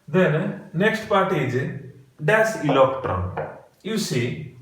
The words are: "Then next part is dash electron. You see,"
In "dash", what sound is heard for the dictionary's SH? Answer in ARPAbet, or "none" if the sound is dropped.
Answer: S